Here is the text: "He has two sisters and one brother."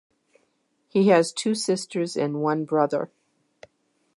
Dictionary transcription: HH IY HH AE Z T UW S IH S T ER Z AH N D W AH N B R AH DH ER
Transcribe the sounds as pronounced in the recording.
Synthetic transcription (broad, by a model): HH IY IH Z T UW S IH S T ER Z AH N W AH N B R AH DH ER